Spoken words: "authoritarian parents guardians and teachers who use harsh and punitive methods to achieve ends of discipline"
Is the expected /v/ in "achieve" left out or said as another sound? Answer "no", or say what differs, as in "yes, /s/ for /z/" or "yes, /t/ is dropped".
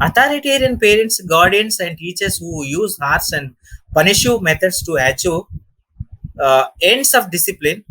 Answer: yes, /v/ is dropped